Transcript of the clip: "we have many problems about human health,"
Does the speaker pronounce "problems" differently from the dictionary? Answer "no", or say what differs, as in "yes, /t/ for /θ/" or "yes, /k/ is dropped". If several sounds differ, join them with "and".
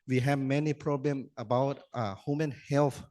yes, /z/ is dropped